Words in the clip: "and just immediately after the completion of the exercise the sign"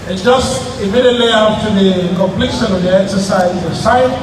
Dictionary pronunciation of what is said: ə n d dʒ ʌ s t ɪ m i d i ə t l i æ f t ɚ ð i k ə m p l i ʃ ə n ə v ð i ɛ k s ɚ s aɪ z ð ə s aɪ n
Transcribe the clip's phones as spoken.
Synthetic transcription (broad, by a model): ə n dʒ ʌ s t ɪ m i d i ə t l i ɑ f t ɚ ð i k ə m p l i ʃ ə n ə v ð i ɛ k s ɚ s aɪ z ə s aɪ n